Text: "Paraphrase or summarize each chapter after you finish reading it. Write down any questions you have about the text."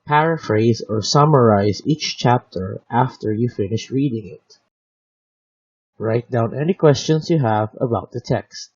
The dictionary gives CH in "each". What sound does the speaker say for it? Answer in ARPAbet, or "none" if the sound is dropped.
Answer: CH